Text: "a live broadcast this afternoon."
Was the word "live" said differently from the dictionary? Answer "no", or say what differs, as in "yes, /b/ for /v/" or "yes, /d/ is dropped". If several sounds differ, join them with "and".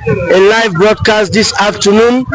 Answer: no